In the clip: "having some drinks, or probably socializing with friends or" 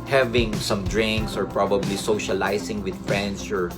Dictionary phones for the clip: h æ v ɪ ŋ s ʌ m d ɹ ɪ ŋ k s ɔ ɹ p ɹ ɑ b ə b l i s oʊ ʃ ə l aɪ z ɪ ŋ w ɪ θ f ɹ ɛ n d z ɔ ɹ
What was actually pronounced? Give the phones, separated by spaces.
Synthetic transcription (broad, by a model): h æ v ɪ ŋ s ʌ m d ɹ ɪ ŋ k s ɔ ɹ p ɹ ɑ b ə b l i s oʊ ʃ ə l aɪ s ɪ ŋ w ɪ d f ɹ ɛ n d s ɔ ɹ